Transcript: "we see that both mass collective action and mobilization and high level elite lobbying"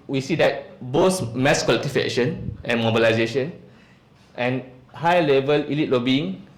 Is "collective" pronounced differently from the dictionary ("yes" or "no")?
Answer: yes